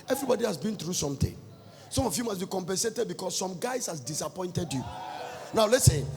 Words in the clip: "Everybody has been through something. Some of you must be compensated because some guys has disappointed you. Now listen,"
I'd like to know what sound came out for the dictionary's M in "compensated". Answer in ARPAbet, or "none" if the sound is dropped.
M